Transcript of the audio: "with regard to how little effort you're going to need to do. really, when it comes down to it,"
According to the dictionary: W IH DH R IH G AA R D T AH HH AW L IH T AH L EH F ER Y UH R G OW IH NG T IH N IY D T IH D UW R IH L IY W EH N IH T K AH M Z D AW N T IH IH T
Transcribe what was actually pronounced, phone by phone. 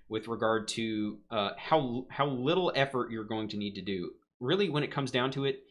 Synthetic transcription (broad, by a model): W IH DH R IH G AA R D T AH HH AW L IH T L EH F ER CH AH R G OW IH NG T IH N IY D T IH D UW R IH L IY W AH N IH T K AH M Z D AW N T IH IH T